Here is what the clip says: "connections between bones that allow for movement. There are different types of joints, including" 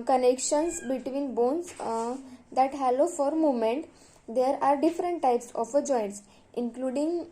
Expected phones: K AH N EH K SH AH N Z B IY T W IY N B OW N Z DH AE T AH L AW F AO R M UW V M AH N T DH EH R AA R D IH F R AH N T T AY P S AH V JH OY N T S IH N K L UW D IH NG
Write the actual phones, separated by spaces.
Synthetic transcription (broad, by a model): K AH N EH K SH AH N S B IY T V IY N B OW N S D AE T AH L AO F AO R M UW M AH N T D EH R AA R D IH F R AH N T T AY P S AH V JH OY N T S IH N K L UW D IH NG